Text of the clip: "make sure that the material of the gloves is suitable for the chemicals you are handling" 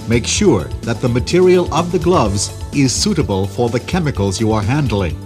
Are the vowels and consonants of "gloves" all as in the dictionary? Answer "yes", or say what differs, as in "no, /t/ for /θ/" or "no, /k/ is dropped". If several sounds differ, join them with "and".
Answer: yes